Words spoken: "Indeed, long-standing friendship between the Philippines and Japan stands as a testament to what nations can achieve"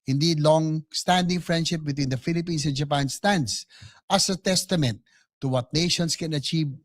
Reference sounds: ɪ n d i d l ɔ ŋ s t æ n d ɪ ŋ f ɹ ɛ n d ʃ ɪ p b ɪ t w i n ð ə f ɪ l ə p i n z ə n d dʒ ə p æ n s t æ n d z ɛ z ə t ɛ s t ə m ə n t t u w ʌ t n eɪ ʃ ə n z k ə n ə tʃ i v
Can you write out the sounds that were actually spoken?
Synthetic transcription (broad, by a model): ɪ n d i d l ɔ ŋ s t æ n d ɪ ŋ f ɹ ɛ n d ʃ ɪ p b ɪ t w i n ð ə f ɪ l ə p i n s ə n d dʒ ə p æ n s t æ n d s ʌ s ə t ɛ s t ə m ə n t t u w ʌ t n eɪ ʃ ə n s k ə n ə tʃ i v